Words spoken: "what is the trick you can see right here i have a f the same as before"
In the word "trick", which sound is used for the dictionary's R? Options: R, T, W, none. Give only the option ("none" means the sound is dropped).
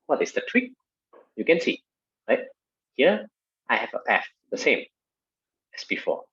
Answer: W